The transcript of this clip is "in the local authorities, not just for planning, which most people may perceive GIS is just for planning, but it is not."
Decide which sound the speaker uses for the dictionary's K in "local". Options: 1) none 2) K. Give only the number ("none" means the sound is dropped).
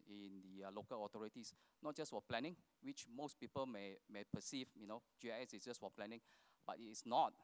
2